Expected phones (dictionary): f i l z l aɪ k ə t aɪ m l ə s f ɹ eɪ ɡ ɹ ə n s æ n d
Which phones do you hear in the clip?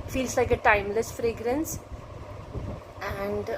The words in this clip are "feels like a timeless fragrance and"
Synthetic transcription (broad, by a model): f i l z l aɪ k ə t aɪ m l ə s f ɹ eɪ ɡ ɹ ə n s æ n d